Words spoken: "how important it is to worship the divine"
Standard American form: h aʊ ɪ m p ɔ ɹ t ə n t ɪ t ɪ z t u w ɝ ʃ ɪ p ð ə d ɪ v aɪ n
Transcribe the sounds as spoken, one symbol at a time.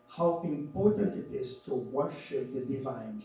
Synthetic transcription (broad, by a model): h aʊ ɪ m p ɔ ɹ t ə n t ɪ t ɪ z t u w ɝ ʃ ɪ p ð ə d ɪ v aɪ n